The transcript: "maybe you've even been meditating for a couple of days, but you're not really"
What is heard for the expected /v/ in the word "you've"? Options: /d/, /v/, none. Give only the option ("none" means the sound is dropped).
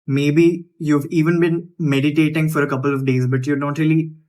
/v/